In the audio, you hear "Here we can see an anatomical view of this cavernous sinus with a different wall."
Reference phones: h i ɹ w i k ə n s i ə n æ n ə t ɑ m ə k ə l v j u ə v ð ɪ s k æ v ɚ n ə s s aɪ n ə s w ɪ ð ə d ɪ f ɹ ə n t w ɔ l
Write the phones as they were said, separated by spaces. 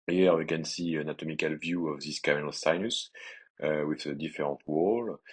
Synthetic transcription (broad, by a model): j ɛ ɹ w i k ə n s i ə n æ n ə t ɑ m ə k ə l v j u ə v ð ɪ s k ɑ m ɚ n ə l s aɪ n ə s w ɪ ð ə d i f ɹ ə t w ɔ l